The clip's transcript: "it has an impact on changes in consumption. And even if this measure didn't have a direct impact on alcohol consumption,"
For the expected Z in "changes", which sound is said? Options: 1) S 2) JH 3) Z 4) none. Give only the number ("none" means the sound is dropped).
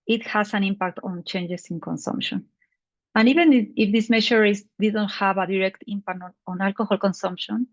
1